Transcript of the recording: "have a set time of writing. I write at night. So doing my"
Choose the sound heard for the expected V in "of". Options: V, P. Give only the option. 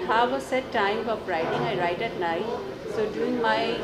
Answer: P